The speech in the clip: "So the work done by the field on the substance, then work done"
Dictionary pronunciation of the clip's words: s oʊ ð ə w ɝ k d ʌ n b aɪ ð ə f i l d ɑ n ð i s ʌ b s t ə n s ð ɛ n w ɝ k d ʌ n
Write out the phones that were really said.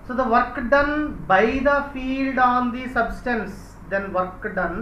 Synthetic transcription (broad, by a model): s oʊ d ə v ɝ k d ʌ n b aɪ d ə f i l d ɑ n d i s ʌ b s t ə n s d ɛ n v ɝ k d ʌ n